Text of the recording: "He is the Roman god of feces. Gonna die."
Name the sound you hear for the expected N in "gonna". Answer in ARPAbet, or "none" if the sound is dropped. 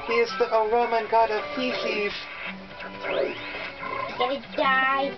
none